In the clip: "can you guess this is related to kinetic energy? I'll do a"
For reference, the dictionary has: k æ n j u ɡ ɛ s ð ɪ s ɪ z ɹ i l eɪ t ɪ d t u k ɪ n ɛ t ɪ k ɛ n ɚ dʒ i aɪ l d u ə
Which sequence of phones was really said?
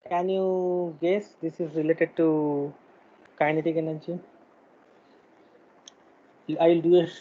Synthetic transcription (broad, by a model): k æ n j u ɡ ɛ s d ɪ s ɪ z ɹ i l eɪ t ɪ d t u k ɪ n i t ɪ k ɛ n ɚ tʃ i aɪ l d u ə